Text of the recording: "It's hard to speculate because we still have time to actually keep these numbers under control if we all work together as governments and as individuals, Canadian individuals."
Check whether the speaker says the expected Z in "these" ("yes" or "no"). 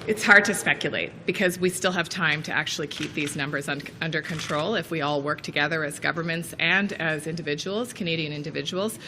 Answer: yes